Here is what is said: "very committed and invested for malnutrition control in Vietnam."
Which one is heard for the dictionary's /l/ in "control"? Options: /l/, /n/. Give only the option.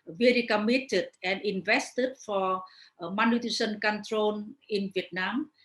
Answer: /n/